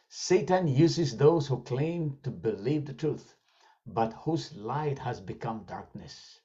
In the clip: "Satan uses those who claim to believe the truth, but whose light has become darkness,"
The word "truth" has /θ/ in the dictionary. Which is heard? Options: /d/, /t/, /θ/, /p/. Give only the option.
/θ/